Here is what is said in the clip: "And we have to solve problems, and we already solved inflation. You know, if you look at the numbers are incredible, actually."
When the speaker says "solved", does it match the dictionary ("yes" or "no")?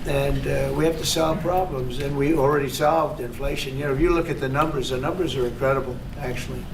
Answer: yes